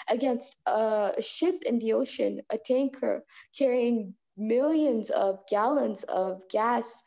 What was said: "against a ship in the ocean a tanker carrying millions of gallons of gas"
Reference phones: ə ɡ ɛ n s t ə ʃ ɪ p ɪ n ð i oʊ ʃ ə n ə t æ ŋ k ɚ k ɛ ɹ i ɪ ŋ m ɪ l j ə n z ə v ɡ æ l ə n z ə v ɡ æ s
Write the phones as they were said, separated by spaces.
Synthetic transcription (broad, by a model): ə ɡ ɛ n s t ə ʃ ɪ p ɪ n ð i oʊ ʃ ə n ə t æ ŋ k ɚ k ɛ ɹ i ɪ ŋ m ɪ l j ə n z ə v ɡ æ l ə n z ə v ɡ æ s